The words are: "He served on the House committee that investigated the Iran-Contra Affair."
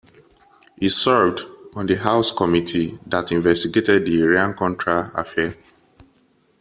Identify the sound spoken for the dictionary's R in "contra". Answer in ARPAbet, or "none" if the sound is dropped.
R